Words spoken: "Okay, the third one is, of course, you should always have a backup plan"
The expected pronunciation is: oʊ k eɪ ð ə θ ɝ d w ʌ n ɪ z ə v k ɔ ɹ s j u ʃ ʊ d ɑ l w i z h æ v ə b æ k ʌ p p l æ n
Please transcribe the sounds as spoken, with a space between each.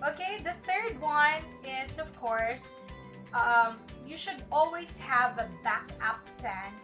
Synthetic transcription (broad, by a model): oʊ k eɪ ð ə θ ɝ d w ʌ n ɪ z ə v k ɔ ɹ s j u ʃ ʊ d ɑ l w i z h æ v ə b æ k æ p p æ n